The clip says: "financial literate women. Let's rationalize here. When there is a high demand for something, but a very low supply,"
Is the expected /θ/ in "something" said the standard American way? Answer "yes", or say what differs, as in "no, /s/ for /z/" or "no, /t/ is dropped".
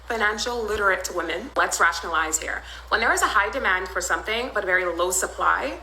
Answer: yes